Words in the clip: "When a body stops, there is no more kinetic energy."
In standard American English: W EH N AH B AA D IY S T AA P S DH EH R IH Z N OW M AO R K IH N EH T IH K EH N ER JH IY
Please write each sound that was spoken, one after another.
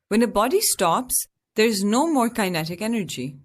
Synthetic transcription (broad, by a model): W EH N AH B AA D IY S T AA P S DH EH R IH Z N OW M AO R K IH N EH T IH K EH N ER JH IY